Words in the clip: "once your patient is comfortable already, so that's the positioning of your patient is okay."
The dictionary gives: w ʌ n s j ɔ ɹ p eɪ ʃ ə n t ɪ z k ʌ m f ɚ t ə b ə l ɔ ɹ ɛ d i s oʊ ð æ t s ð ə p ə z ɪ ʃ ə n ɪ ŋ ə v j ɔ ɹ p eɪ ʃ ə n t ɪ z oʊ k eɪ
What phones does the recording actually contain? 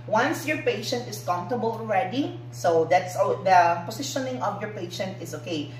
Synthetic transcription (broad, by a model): w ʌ n s j ɔ ɹ p eɪ ʃ ə n t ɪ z k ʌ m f t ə b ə l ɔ ɹ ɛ d i s oʊ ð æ t s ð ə p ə s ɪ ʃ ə n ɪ ŋ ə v j ɔ ɹ p eɪ ʃ ə n t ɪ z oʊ k eɪ